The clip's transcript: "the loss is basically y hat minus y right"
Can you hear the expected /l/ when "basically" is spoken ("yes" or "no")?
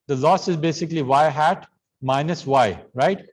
yes